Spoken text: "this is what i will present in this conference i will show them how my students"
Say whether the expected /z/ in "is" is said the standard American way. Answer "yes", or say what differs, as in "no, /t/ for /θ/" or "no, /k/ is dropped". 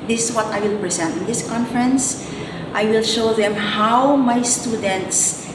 no, /s/ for /z/